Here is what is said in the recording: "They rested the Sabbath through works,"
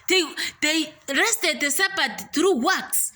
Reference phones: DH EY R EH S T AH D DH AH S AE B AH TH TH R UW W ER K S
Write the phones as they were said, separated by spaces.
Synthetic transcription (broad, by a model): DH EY R EH S T AH D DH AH S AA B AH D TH R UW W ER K S